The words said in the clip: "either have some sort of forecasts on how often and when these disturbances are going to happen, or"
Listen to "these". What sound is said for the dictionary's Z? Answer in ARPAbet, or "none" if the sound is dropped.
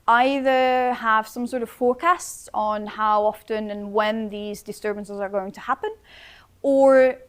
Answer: Z